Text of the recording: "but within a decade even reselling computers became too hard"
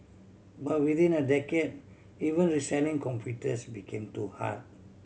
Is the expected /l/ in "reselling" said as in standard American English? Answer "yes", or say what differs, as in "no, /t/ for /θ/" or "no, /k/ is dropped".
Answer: no, /n/ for /l/